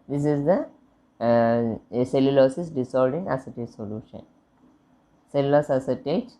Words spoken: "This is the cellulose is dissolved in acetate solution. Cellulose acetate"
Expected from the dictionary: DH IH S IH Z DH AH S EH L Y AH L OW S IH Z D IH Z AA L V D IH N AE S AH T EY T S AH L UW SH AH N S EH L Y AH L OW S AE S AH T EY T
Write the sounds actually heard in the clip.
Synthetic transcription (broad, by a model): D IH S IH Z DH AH S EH L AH L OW S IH S D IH S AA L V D IH N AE S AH T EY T S AH L UW SH AH N S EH L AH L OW S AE S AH T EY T